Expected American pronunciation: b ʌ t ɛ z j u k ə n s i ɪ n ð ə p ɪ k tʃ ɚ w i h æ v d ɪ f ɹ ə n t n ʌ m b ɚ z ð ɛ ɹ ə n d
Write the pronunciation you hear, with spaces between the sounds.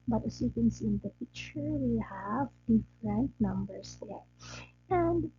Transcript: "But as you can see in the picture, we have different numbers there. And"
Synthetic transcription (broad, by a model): b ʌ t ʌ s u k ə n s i ɪ n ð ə f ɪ tʃ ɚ w i h æ v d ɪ f ɹ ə n t n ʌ m b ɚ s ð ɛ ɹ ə n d